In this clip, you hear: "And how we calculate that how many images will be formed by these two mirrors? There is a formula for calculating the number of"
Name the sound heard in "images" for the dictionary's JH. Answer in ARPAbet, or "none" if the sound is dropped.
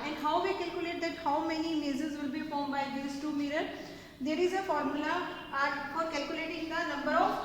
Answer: Z